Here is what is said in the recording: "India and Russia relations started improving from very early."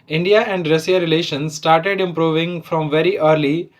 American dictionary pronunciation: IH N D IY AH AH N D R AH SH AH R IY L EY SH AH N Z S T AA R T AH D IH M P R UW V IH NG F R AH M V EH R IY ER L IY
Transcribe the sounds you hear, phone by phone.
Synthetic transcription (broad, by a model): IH N D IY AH AH N D R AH S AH R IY L EY SH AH N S S T AA R T AH D IH M P R UW V IH NG F R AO M V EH R IY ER L IY